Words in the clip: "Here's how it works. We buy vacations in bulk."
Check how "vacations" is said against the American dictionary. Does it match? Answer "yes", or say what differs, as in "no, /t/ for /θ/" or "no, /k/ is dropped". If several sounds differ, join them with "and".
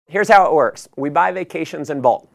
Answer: yes